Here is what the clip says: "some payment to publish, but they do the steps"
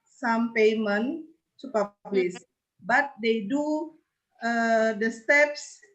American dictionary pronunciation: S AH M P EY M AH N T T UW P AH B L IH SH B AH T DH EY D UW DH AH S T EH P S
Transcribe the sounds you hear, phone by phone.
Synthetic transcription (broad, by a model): S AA M P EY M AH N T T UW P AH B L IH S B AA T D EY D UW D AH S T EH P S